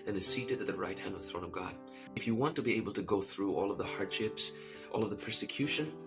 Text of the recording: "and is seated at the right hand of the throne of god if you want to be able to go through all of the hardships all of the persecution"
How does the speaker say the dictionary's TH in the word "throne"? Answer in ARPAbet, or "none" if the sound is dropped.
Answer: TH